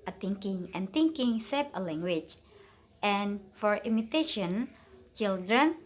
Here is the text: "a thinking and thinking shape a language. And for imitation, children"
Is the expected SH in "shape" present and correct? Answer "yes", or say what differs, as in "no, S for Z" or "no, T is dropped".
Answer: no, S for SH